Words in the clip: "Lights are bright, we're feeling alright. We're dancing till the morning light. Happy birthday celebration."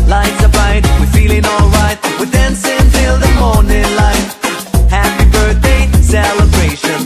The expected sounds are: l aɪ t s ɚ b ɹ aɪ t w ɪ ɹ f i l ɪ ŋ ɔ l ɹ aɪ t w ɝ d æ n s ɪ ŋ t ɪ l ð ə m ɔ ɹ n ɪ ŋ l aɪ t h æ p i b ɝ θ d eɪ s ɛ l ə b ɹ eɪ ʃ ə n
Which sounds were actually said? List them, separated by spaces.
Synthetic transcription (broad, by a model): l aɪ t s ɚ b aɪ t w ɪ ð f i l ɪ ŋ ɔ l ɹ aɪ t w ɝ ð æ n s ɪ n t ɪ l ð ə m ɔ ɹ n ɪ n l aɪ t h æ p i b ɝ θ d eɪ s ɛ l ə b ɹ eɪ ʃ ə n